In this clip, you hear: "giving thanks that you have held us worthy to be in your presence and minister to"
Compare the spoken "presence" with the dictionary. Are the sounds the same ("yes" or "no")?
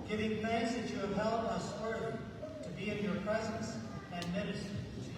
yes